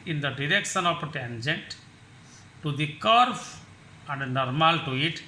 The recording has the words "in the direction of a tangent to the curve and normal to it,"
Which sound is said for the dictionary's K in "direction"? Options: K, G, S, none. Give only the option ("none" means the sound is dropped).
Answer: K